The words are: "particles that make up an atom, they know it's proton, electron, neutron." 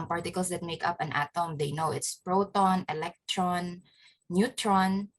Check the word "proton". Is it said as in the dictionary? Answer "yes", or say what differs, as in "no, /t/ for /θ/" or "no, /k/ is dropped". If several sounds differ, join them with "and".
yes